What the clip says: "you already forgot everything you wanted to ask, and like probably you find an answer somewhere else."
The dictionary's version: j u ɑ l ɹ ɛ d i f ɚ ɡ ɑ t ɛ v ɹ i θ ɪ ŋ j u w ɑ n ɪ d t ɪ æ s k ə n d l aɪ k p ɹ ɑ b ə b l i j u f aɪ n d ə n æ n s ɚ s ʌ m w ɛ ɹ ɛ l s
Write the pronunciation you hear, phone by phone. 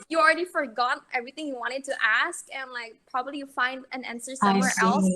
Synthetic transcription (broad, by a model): j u ɑ l ɹ ɛ d i f ɚ ɡ ɑ t ɛ v ɹ i θ ɪ ŋ j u w ɑ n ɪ d t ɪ æ s k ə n l aɪ k p ɹ ɑ b ə b l i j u f aɪ n d ə n æ n s ɚ s ʌ m w ɛ ɹ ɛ l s